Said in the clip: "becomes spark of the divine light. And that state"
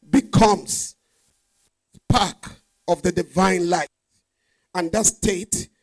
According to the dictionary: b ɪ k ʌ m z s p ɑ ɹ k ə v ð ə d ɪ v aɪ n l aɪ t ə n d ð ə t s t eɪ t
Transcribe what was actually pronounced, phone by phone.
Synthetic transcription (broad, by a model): b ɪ k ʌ m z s p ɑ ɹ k ə v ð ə d ɪ v aɪ n l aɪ ə n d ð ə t s t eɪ t